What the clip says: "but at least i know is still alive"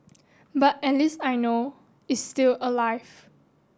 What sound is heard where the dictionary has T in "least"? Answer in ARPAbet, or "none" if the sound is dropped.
none